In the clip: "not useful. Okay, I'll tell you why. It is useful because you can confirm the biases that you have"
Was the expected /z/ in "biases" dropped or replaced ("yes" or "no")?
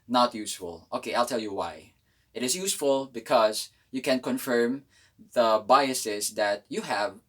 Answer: yes